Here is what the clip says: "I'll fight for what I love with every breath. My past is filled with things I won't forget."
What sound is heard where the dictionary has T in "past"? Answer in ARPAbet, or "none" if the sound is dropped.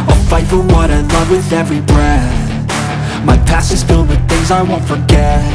none